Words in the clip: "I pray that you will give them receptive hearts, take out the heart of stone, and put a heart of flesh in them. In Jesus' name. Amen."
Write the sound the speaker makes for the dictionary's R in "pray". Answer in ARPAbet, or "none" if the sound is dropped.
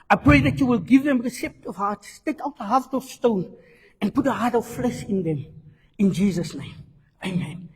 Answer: R